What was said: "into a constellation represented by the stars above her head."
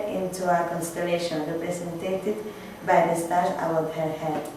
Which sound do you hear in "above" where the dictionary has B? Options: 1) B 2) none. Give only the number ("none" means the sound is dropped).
2